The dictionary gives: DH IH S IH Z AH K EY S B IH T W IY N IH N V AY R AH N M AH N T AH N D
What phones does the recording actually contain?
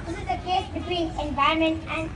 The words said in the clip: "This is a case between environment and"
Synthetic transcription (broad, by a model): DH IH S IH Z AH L EY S B IH T W IY N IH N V AY AH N M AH N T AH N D